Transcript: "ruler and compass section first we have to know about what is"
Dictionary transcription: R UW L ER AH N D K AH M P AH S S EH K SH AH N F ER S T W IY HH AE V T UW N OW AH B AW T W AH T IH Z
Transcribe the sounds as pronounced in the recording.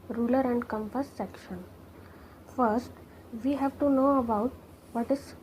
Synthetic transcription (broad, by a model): R UW L ER AH N D K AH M F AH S S EH K SH AH N F ER S T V IY HH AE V T UW N OW AH B AW T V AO T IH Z